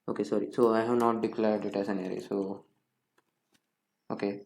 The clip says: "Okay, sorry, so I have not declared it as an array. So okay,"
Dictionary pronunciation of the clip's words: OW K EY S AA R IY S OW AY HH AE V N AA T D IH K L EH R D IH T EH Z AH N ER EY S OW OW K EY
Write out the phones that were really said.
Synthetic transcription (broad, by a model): OW K EY S AA R IY S OW AY HH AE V N AA T D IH K L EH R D IH T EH S AH N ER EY S OW OW K EY